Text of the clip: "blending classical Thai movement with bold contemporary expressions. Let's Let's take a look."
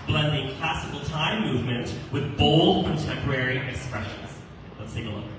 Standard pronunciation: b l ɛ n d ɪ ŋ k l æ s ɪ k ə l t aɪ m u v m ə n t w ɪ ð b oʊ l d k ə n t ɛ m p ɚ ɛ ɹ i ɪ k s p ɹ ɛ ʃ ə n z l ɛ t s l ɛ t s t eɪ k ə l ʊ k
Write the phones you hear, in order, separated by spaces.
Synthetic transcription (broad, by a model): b l ɛ n d ɪ ŋ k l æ s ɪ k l t aɪ m u v m ə n t w ɪ ð b oʊ l d k ə n t ɛ m p ɚ ɛ ɹ i ɪ k s p ɹ ɛ ʃ ə n z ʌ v s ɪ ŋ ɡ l ə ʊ